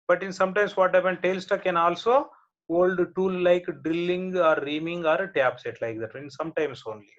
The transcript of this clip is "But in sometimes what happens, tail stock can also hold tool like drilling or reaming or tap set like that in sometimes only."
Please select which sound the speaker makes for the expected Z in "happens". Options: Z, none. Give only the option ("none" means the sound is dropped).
none